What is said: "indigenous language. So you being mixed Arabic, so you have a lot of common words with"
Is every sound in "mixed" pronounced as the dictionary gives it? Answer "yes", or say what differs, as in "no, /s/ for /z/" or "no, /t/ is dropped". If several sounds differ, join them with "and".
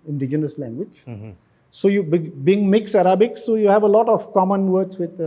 no, /t/ is dropped